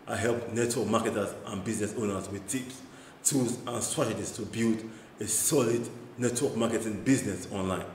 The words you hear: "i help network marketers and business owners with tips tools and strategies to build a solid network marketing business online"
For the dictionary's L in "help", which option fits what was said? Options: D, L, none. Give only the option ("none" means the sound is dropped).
L